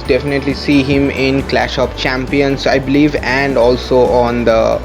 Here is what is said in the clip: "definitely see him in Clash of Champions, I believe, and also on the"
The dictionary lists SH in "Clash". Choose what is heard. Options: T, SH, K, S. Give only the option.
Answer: SH